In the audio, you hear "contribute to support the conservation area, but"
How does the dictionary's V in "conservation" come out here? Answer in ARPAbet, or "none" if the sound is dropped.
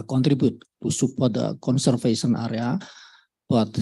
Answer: F